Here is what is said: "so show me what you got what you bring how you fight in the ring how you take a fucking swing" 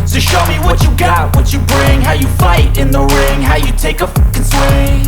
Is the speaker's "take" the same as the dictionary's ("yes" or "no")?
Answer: no